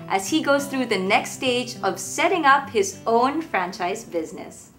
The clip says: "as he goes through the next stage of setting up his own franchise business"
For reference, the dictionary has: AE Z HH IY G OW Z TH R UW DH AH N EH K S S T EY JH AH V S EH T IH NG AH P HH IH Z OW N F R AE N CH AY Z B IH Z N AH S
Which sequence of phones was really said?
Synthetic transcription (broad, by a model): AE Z HH IY G OW Z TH R UW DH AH N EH K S S T EY JH AH V S EH T IH NG AH P HH IH Z OW N F R AE N CH AY Z B IH Z N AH S